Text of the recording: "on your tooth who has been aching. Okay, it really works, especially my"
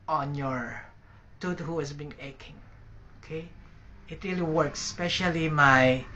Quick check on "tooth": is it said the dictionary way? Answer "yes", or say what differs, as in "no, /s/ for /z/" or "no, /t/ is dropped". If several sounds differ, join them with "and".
no, /t/ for /θ/